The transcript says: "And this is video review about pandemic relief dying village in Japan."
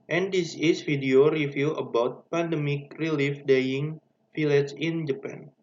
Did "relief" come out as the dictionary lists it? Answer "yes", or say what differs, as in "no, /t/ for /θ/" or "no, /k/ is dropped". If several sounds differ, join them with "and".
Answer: yes